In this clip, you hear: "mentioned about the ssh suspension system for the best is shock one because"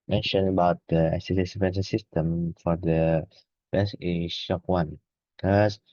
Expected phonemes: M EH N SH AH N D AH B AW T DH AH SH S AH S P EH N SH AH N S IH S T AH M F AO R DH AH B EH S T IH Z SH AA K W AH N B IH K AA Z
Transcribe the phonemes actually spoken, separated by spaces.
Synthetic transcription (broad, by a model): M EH N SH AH N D AH B AW T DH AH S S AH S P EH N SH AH S IH S T AH M F AO R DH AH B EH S IH SH AA K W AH N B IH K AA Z